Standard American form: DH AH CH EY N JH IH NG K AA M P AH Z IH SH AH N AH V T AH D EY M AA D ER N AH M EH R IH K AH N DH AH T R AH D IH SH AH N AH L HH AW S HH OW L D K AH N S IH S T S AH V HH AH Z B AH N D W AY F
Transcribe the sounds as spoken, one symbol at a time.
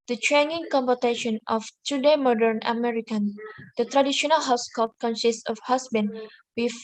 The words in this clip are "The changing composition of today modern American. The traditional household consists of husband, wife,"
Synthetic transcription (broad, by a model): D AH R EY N IH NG K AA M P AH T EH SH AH N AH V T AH D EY M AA D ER N AH M EH R IH K AH N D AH T R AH D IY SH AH N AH L HH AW S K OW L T K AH N S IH S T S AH F HH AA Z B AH N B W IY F